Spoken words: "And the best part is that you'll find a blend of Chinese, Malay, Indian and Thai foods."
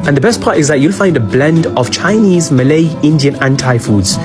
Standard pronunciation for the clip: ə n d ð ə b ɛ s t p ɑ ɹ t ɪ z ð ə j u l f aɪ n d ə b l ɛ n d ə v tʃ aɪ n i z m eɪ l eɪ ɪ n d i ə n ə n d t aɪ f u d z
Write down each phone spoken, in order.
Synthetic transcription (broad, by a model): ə n ð ə b ɛ s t p ɑ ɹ t ɪ z ð ə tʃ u l f aɪ n d ə b l ɛ n d ə v tʃ aɪ n i z m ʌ l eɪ ɪ n d i ə n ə n t aɪ f u d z